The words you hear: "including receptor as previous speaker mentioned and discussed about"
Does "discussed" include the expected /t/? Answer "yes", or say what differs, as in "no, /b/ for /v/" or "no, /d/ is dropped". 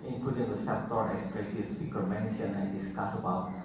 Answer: no, /t/ is dropped